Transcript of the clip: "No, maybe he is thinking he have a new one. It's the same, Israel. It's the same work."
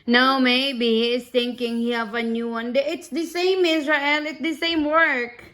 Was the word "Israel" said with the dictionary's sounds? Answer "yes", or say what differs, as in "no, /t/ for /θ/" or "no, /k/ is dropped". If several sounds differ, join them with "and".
yes